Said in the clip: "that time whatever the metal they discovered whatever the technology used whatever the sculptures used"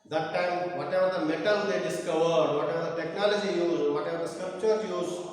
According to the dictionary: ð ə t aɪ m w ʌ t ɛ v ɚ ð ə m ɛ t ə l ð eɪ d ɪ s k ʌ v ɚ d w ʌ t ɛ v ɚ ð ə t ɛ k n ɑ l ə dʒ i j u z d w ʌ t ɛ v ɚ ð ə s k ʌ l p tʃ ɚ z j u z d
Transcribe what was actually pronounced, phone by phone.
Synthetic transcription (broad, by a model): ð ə t aɪ m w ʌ t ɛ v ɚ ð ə m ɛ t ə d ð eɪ d ɪ s k ʌ v ɚ d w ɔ t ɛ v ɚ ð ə t ɛ k n ɑ l ə dʒ i j u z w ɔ t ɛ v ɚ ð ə s k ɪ p tʃ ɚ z j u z